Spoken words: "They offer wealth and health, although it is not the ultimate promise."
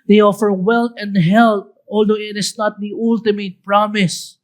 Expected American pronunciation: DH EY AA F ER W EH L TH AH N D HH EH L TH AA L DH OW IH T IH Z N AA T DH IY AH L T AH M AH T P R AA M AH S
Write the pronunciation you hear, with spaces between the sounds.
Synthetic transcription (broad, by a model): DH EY AA F ER W EH L T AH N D HH EH L T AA L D OW IH T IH S N AA T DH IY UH L T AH M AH T P R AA M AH S